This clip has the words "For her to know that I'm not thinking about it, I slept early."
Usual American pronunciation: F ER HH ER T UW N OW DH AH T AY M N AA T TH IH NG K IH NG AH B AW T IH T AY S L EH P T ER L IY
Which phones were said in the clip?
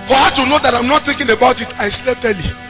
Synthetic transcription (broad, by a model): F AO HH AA T UW N OW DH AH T AY M N AA T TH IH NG K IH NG AH B AW T IH T AY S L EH T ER L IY